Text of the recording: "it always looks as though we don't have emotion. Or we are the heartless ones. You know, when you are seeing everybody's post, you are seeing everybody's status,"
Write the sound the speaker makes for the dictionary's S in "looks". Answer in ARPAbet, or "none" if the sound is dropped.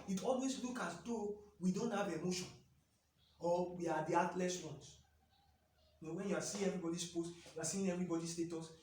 none